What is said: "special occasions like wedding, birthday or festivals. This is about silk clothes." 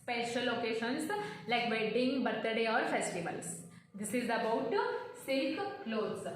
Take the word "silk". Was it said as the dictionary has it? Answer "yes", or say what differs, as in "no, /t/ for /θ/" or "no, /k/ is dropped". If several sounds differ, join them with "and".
yes